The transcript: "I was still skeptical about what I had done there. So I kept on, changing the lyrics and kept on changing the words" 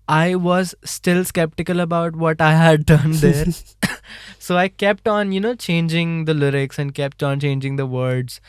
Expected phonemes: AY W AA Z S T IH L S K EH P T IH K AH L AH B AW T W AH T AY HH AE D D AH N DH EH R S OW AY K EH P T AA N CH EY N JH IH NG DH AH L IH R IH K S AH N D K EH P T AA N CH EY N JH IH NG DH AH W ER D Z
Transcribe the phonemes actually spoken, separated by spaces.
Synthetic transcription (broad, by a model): AY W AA Z S T IH L S K EH P T IH K AH L AH B AW T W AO T AY HH AE D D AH N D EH R S OW AY K EH P T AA N CH EY N JH IH NG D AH L IH R IH K S AH N D K EH P T AA N CH EY N JH IH NG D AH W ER D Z